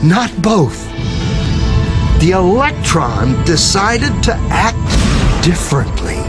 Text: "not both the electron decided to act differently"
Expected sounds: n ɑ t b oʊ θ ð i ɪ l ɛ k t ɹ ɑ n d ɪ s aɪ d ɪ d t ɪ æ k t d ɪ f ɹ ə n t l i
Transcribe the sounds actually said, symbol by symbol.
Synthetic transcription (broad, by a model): n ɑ t b oʊ θ ð i ɪ l ɛ k t ɹ ɑ n d ɪ s aɪ d ɪ d t ɪ æ k t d ɪ f ɹ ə n t l i